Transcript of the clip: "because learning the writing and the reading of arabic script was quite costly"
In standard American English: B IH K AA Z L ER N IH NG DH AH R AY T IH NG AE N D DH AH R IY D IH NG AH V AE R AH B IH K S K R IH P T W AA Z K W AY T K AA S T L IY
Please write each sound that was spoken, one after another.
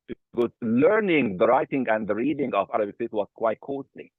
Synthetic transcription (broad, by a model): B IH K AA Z L ER N IH NG DH AH R AY T IH NG AE N D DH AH R IY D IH NG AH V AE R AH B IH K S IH T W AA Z K W AY T K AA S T L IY